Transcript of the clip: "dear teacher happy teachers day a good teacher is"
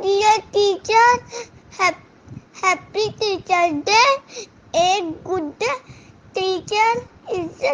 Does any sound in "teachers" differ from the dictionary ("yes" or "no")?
yes